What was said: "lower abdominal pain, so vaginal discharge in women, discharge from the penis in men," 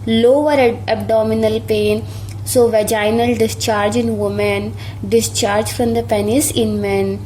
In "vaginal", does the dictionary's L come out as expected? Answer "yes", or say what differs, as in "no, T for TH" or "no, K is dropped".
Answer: yes